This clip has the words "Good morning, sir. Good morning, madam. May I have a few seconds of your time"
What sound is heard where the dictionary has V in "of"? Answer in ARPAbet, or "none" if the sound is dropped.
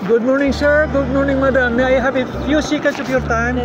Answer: P